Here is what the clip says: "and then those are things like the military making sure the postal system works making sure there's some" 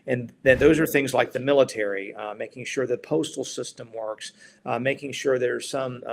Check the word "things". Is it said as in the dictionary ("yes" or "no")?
yes